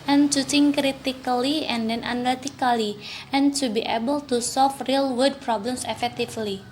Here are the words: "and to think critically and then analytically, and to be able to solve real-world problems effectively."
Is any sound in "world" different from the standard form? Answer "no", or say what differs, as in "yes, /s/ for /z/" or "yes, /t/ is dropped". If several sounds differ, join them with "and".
yes, /l/ is dropped